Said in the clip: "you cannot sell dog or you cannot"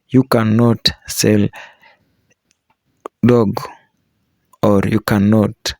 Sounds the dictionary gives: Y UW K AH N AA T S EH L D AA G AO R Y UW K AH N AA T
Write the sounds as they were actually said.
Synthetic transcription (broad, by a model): Y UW K AH N AA T S EH L D AA G AO R Y UW K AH N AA T